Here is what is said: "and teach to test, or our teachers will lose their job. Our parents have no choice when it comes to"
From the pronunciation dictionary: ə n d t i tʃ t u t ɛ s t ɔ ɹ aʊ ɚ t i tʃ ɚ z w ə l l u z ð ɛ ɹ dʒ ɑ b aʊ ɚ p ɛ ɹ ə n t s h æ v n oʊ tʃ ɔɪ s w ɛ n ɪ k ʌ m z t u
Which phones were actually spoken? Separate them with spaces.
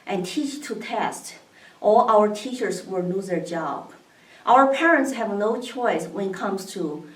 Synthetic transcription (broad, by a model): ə n t i tʃ t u t ɛ s t ɔ l aʊ ɚ t i tʃ ɚ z w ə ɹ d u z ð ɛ ɹ dʒ ɑ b aʊ ɚ p ɛ ɹ ə n t s h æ v n oʊ tʃ ɔɪ s w ɛ n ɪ k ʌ m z t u